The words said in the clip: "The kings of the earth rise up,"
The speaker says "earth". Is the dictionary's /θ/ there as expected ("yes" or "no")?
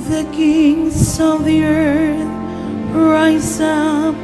yes